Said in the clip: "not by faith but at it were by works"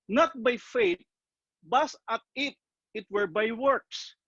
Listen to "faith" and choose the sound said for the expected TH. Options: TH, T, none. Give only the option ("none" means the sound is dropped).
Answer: T